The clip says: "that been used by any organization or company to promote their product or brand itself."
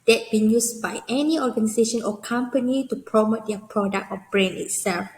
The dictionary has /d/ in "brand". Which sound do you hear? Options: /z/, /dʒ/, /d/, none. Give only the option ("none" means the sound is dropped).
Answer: none